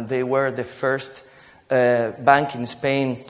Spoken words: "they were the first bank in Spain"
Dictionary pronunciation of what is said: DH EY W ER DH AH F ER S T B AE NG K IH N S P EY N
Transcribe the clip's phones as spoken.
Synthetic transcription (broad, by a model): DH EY W ER DH AH F ER S T B AE NG K IH N S P EY N